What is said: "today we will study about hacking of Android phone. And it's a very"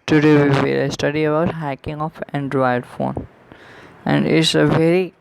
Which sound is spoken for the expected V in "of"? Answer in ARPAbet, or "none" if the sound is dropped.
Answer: F